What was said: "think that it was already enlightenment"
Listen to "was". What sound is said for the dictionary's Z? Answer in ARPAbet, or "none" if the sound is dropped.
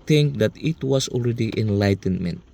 S